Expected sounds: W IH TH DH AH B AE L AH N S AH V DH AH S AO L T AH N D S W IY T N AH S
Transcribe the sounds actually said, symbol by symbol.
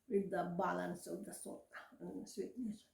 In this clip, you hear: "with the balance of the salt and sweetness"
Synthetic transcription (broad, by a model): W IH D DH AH B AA L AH N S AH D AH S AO T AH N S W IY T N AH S